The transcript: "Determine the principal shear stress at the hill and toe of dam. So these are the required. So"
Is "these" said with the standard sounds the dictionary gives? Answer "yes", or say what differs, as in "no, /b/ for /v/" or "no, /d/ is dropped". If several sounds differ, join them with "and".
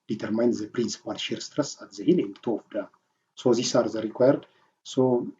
no, /s/ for /z/